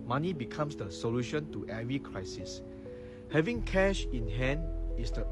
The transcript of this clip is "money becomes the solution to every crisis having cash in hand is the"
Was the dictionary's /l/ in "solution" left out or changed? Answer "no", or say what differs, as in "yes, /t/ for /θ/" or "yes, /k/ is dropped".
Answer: no